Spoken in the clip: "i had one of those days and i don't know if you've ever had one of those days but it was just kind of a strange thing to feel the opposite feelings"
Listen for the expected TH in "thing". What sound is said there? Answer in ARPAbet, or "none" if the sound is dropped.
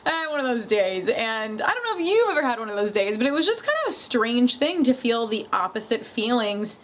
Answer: TH